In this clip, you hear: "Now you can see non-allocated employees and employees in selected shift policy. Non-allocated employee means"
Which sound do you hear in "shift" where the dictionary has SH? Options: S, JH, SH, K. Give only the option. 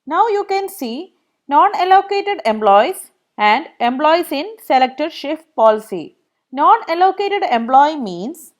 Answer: SH